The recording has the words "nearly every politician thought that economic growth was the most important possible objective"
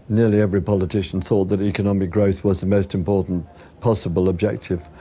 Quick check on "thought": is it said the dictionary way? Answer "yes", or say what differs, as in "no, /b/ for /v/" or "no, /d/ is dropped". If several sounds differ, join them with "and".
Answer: yes